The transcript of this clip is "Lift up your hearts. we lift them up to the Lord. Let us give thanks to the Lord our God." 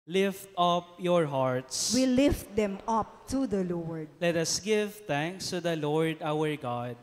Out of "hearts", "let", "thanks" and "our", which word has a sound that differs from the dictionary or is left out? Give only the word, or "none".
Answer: thanks